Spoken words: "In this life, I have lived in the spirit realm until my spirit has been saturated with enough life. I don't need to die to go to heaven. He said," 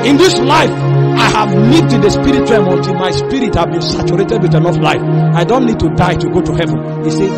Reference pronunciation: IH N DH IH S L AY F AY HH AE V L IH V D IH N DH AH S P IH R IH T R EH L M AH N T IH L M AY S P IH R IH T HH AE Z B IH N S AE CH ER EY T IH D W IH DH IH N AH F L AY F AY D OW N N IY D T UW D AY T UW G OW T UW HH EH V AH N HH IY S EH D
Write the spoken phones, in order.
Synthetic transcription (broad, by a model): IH N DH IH S L AY F AY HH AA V N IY D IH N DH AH S P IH R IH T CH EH M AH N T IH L M AY S P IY R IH T HH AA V B IH N S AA CH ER EY T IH D W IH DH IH N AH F L AY F AY D OW N N IY D T UW D AY T UW G OW T UW HH EH V AH N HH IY S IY